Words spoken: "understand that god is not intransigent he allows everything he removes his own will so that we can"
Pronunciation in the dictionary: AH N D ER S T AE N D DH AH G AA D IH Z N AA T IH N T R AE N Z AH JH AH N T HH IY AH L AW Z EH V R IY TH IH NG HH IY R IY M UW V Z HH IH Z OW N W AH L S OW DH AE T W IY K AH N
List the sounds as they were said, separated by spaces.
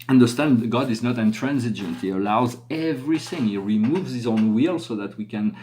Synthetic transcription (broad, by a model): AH N D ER S T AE N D G AA D IH Z N AA T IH N T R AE N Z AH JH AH N T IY AH L AW Z EH V R IY TH IH NG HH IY R IY M UW V Z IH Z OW N W AH L S OW DH AE T W IY K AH N